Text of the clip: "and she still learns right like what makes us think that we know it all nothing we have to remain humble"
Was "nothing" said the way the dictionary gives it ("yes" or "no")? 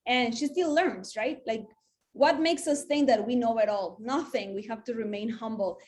yes